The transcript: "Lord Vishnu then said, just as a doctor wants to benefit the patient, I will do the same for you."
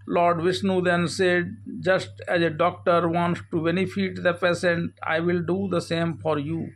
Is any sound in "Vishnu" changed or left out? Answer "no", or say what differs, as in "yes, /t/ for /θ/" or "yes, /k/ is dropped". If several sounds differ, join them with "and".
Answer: yes, /s/ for /ʃ/